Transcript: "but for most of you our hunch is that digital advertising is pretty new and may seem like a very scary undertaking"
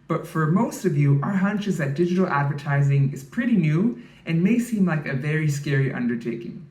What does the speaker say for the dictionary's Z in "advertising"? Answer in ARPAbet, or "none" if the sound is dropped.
Z